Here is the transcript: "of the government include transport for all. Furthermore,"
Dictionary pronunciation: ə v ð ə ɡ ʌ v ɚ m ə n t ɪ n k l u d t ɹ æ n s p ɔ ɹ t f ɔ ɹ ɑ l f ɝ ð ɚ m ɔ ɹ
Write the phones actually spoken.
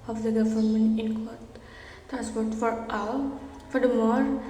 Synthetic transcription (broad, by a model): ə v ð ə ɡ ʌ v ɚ m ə n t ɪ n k ɔ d t ɹ æ n s p ɔ ɹ t f ɔ ɹ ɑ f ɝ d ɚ m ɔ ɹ